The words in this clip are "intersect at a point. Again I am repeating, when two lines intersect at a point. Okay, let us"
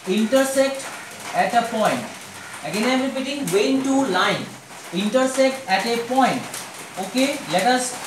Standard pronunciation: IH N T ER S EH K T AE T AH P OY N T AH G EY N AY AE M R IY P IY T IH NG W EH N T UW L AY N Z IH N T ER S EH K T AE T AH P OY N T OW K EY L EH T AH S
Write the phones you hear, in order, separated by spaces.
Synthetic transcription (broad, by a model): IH N T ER S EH K T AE T AH P OY N T AH G EY N AY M R IY P IY T IH NG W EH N T UW L AY N IH N T ER S EH K T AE T AH P OY N T OW K EY L EH T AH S